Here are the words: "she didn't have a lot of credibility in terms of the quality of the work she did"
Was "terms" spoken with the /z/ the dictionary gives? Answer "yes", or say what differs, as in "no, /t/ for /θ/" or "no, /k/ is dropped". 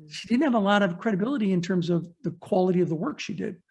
yes